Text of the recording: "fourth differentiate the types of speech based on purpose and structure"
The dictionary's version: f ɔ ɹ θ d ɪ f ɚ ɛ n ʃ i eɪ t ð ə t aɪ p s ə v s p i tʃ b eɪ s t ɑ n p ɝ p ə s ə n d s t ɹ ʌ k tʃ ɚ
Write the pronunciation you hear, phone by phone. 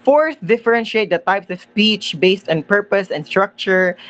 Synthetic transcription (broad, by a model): f ɔ ɹ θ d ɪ f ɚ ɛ n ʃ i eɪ t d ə t aɪ p s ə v s p i tʃ b eɪ s t ɑ n p ɝ p ə s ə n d s t ɹ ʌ k tʃ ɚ